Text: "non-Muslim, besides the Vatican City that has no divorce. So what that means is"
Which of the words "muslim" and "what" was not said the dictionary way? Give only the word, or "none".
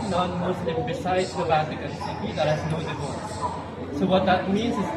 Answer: muslim